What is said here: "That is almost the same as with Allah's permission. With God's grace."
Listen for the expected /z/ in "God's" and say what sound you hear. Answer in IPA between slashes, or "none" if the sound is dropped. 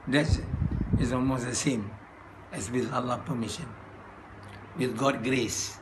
none